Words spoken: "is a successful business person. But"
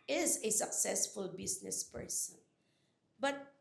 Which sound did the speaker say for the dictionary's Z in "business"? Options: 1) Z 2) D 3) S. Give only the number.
3